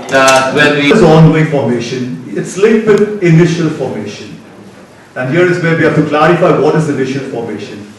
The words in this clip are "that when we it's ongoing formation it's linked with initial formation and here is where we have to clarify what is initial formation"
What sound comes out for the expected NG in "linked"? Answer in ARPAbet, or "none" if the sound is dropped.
none